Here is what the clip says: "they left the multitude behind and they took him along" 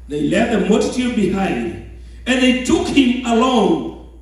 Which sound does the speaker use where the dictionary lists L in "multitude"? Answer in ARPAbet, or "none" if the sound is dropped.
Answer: none